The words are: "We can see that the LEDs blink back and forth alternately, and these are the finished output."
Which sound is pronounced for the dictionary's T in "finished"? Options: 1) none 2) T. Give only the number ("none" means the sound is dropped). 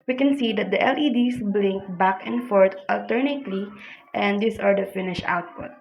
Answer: 1